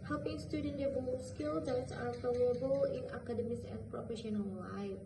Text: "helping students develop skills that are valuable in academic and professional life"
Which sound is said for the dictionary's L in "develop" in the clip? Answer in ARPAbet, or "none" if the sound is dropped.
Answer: none